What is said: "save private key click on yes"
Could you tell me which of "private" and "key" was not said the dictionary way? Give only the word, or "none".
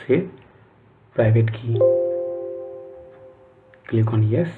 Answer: private